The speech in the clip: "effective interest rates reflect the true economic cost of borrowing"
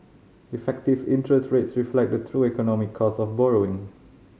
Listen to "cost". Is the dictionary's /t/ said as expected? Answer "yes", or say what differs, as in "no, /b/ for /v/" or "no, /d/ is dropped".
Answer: no, /t/ is dropped